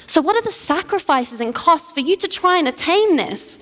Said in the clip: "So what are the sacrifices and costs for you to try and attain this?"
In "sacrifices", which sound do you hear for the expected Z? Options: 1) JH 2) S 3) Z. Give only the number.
3